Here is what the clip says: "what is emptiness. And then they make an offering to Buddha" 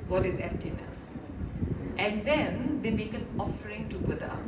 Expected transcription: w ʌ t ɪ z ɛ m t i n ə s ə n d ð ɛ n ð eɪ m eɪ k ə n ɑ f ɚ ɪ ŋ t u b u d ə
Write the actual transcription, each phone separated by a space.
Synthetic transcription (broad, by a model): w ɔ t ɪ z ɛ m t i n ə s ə n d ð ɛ n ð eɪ m eɪ k ə n ɑ f ɚ ɪ ŋ t u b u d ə